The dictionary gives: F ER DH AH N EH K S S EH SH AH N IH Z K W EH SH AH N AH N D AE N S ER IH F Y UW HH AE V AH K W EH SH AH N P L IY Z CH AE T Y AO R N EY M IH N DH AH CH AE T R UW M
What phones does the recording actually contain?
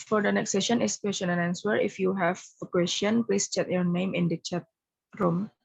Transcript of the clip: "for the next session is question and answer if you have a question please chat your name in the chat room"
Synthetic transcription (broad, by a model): F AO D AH N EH K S S EH SH AH N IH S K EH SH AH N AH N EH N S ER IH F Y UW HH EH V AH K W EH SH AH N P L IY S CH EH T Y AO R N EY M IH N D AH CH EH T R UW M